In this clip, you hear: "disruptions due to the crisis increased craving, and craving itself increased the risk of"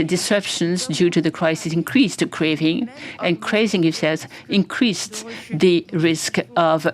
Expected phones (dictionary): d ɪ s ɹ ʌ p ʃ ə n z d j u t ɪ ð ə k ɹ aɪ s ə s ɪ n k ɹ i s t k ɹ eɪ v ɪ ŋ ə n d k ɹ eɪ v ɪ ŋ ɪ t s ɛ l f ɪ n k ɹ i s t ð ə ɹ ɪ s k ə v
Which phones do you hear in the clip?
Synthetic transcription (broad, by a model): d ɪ s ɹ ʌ p ʃ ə n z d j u t ɪ ð ə k ɹ aɪ s ə s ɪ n k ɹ i s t k ɹ eɪ v ɪ ŋ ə n k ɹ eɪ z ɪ ŋ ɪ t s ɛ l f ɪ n k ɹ i s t ð ə ɹ ɪ s k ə v